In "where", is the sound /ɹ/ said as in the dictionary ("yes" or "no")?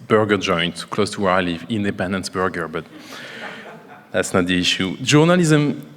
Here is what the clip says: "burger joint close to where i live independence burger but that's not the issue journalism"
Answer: yes